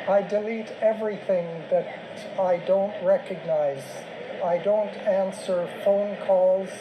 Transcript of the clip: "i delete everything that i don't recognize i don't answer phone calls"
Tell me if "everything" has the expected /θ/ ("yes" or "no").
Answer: yes